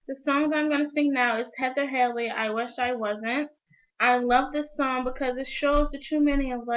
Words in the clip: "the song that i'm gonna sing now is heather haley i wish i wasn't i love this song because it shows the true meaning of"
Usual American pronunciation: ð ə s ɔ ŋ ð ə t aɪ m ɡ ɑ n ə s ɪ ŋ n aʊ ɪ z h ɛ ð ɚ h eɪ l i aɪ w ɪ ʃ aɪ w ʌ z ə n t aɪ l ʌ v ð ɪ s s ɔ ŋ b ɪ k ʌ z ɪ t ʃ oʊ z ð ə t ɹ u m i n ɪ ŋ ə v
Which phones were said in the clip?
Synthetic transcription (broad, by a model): ð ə s ɔ ŋ ð ə t aɪ m ɡ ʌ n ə s ɪ ŋ n aʊ ɪ z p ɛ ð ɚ h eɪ l i aɪ w ɪ ʃ aɪ w ʌ z ə n t aɪ l ʌ v ð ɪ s s ɔ ŋ b ɪ k ʌ z ɪ t ʃ oʊ z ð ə t u m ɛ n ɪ ə v